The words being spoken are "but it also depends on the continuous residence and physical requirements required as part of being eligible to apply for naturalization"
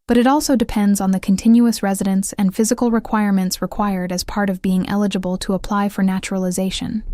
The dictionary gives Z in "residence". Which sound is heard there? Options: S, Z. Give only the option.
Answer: Z